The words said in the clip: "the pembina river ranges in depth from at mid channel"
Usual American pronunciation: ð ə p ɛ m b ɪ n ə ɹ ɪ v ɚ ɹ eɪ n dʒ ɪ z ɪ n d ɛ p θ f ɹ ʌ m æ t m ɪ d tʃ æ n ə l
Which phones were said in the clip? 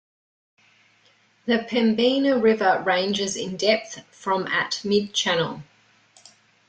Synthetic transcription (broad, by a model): ð ə p ɛ m b ɪ n ə ɹ ɪ v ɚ ɹ eɪ n dʒ ɪ z ɪ n d ɛ p θ f ɹ ʌ m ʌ t m ɪ d tʃ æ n ə l